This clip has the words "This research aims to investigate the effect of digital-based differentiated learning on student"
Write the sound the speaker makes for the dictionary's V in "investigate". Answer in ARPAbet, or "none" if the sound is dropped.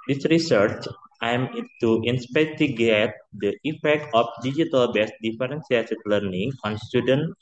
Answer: P